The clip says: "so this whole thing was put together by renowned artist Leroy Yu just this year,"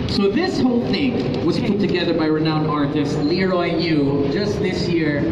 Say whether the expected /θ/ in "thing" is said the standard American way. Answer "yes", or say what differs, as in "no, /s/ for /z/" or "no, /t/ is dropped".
yes